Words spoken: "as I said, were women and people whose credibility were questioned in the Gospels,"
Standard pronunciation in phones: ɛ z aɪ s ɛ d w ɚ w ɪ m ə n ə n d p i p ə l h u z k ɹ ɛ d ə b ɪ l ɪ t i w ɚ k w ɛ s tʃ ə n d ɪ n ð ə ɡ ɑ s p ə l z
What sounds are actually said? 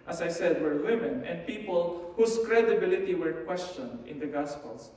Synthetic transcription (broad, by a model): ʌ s aɪ s ɛ d w ɚ w ɪ m ə n ə n d p i p ə l h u s k ɹ ɛ d ə b ɪ l ɪ t i w ɚ k w ɛ s tʃ ə n d ɪ n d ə ɡ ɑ s p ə l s